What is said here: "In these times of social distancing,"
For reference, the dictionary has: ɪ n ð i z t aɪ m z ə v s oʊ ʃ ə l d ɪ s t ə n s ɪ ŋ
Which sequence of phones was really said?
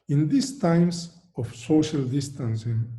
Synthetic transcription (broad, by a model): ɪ n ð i s t aɪ m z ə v s oʊ ʃ ə l d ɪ s t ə n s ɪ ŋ